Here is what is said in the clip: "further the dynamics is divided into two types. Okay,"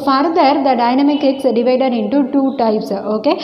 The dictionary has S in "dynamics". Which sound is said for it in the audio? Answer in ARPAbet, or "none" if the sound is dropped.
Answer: none